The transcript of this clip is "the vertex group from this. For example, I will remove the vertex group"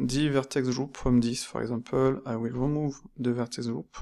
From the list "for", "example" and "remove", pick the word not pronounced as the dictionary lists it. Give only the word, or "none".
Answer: example